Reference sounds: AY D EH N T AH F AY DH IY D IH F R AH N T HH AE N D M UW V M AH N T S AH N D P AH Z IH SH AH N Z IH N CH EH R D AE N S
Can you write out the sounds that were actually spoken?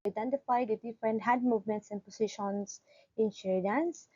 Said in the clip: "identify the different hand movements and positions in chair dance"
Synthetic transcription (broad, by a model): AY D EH N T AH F AY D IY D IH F R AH N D HH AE D M UW V M AH N T S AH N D P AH S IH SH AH N S IH N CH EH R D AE N S